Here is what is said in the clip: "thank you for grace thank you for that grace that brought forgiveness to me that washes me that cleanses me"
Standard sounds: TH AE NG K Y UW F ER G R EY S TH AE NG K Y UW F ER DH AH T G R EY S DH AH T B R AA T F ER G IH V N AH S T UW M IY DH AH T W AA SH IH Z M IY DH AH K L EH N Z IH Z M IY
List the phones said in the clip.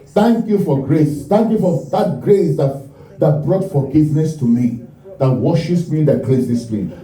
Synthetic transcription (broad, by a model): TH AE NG K Y UW F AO G R EY S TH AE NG K Y UW F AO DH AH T G R EY S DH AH T B R AA T F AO G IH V N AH S T UW M IY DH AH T W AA SH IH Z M IY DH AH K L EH Z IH S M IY